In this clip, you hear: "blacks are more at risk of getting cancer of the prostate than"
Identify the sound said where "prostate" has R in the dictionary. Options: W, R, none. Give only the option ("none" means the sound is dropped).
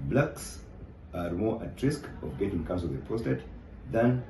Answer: none